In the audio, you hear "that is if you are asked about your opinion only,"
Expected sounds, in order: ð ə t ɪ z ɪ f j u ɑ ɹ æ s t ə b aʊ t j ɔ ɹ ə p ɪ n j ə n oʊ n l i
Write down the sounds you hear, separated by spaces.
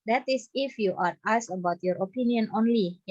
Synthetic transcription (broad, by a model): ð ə t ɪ s ɪ f j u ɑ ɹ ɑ s ə b aʊ t j ɔ ɹ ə p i n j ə n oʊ n l i